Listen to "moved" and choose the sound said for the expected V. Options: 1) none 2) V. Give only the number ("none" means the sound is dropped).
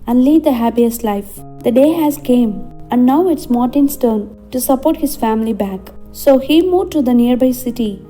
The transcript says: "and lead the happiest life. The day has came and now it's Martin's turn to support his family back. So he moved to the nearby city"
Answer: 1